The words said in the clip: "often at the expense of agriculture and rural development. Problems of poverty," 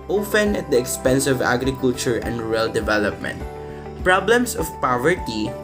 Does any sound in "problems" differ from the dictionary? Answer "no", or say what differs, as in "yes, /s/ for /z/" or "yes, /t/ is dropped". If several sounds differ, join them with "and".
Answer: yes, /s/ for /z/